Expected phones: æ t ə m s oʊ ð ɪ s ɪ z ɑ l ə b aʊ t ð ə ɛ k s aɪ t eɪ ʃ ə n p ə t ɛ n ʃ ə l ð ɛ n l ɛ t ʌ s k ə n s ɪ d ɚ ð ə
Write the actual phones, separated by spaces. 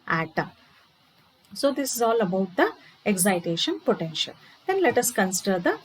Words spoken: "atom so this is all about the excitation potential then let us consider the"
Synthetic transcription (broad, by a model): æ t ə m s oʊ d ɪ s ɪ z ɑ l ə b aʊ t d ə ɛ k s aɪ t eɪ ʃ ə n p ə t ɛ n ʃ ə l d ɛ n l ɛ t ʌ s k ə n s ɪ d ɚ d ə